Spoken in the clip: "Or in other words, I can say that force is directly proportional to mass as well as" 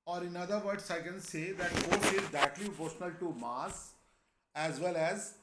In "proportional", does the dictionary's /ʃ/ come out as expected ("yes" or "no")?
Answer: no